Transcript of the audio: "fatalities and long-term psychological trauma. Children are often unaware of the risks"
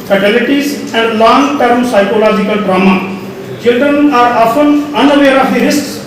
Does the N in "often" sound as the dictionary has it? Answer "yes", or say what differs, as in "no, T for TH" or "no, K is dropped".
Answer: no, L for N